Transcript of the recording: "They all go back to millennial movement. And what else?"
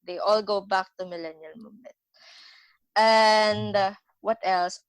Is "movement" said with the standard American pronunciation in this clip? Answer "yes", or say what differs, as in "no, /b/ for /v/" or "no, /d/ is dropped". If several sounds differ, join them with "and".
no, /v/ is dropped